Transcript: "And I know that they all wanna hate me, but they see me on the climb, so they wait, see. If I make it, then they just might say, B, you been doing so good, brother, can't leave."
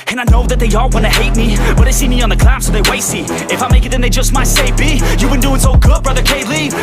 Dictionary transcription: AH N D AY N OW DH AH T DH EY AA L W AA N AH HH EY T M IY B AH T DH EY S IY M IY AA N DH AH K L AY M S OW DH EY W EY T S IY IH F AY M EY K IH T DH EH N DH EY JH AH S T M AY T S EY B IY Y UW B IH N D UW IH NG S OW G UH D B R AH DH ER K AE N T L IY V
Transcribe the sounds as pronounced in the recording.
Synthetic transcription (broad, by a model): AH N AY N OW DH AH T DH EY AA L W AA N AH HH EY T M IY B AH T DH EY S IY M IY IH N DH AH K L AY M S OW DH EY W EY T S IY IH F AY M EY K IH T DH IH N DH EY JH AH S T M AY T S EY B IY Y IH B IH N D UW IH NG S OW G UH D B R AH DH ER K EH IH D L IY